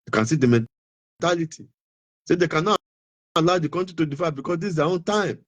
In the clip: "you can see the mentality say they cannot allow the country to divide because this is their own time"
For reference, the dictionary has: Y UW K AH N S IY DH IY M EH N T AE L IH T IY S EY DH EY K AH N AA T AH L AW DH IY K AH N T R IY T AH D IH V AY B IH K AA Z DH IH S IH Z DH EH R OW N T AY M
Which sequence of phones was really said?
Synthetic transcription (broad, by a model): K AH N S IY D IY M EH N T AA L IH T IY S EY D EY K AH N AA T AH L AW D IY K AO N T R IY T AH D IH F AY B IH K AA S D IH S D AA OW N T AY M